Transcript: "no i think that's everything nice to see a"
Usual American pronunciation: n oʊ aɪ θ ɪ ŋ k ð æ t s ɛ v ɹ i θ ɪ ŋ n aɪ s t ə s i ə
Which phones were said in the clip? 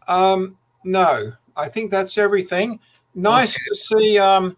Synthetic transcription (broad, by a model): n oʊ aɪ θ ɪ ŋ k ð æ t s ɛ v ɹ i θ ɪ ŋ n aɪ s t ə s i ə